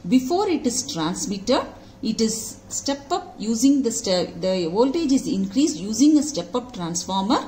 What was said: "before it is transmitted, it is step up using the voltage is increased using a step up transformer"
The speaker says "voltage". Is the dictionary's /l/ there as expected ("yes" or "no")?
yes